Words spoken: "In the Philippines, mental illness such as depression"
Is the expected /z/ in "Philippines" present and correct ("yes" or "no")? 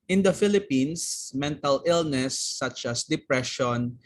no